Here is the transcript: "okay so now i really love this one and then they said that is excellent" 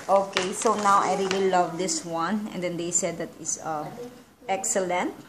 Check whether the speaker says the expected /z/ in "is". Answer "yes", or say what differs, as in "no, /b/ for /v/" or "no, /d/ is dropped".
no, /s/ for /z/